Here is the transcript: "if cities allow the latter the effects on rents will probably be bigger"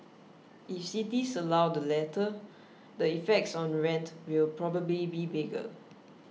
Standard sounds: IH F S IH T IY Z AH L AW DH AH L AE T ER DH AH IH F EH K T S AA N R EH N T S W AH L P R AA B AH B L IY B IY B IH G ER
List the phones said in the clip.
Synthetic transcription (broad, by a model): IH F S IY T IY S AH L AW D AH L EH T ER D AH IH F EH K T S AA N R EH N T W AH L P R AA B AH B L IY B IY B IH G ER